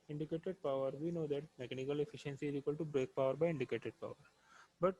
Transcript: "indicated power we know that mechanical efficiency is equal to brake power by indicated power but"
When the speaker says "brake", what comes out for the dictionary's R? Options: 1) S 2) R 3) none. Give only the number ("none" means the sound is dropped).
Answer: 2